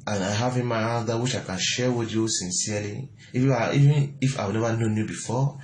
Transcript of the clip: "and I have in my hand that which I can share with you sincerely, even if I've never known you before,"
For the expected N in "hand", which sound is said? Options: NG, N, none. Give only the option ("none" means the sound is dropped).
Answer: none